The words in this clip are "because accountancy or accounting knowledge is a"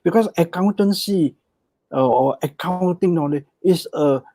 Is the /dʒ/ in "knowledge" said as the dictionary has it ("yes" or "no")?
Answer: no